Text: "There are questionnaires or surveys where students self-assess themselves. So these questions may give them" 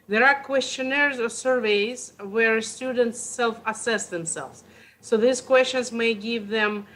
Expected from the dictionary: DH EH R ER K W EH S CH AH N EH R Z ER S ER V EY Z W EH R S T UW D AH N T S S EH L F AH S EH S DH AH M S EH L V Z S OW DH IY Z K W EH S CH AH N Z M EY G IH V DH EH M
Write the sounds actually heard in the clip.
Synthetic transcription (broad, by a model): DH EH R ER K W EH S CH AH N EH R Z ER S ER V EY Z W EH R S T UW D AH N T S S EH L F AH S EH S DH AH M S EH L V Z S OW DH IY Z K W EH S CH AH N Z M EY G IH V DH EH M